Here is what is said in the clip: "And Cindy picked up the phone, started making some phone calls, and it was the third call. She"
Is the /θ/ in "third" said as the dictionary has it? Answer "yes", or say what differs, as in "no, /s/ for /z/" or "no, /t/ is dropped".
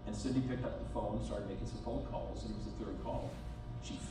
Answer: yes